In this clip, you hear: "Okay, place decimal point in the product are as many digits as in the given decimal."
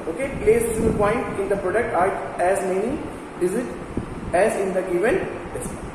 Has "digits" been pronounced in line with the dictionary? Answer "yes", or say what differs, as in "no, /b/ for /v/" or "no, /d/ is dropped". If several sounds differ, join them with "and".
no, /z/ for /dʒ/ and /s/ is dropped